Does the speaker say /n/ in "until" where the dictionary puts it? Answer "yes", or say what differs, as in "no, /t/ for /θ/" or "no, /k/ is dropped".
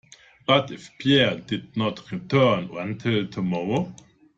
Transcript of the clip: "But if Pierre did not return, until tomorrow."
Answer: yes